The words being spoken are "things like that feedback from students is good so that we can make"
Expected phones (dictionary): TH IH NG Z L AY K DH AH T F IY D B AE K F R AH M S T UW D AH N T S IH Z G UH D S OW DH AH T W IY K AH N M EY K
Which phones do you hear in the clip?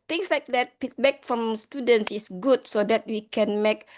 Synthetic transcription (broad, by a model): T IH NG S L AY K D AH T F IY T B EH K F R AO M S T UW D AH N T S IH S G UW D S OW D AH T W IY K AH N M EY K